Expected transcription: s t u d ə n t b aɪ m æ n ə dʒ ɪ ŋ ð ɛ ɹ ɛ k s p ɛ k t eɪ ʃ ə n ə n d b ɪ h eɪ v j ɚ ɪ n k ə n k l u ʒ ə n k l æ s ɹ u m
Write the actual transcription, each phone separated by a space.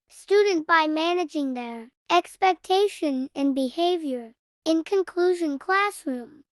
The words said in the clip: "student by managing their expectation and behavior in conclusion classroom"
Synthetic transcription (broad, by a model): s t u d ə n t b aɪ m æ n ə dʒ ɪ ŋ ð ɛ ɹ ɛ k s p ɛ k t eɪ ʃ ə n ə n b ɪ h eɪ v j ɚ ɪ n k ə n k l u ʒ ə n k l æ s ɹ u m